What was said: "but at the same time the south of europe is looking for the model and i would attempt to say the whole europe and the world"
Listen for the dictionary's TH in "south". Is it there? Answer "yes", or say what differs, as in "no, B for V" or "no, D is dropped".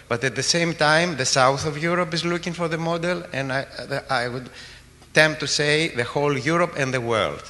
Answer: yes